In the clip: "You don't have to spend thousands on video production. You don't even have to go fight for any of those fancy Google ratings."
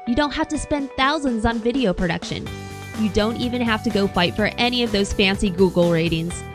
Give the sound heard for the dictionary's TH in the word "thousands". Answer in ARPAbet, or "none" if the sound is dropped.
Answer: TH